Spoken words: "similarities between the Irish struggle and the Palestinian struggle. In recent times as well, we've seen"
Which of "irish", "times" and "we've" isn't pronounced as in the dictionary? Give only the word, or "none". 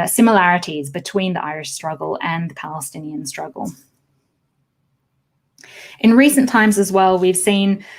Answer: none